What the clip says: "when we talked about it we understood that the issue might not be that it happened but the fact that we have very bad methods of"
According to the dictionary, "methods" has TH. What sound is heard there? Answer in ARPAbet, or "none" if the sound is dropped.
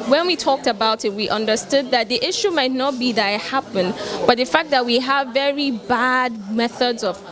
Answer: TH